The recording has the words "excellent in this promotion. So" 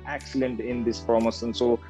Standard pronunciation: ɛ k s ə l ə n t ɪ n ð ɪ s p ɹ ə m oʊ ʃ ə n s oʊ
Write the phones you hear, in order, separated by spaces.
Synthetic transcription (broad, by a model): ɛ k s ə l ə n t ɪ n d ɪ s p ɹ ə m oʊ s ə n s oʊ